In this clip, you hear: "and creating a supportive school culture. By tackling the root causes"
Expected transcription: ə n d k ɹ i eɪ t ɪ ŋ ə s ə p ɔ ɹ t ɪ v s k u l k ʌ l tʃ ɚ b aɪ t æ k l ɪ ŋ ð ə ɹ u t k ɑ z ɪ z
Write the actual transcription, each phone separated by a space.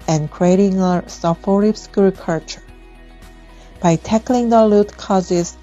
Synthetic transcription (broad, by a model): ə n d k ɹ i eɪ t ɪ ŋ ə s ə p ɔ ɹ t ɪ p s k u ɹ k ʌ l tʃ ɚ b aɪ t æ k l ɪ ŋ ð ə l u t k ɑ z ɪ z